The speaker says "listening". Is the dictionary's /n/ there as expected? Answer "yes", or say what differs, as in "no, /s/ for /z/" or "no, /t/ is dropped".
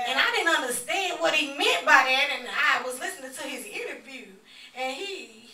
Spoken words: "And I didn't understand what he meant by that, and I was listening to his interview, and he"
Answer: yes